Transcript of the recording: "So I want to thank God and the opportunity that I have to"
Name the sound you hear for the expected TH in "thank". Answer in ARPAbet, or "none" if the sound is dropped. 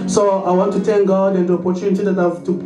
T